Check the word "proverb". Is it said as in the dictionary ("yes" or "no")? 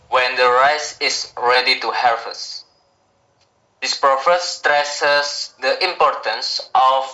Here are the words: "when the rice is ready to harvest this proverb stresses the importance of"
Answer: no